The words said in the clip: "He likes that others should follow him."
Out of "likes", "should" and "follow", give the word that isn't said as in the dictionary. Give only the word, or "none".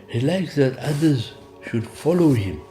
none